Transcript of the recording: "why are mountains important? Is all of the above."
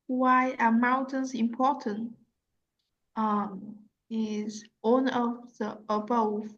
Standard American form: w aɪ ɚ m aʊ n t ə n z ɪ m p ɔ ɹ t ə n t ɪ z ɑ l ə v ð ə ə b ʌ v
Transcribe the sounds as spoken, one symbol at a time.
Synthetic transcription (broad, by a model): w aɪ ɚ m aʊ n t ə n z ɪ m p ɔ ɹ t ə n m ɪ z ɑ n ə v ð ə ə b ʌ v